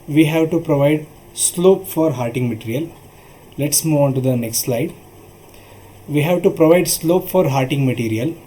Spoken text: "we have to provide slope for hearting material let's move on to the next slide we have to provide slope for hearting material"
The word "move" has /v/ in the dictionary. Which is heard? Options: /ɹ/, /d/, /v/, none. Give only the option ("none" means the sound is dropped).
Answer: /v/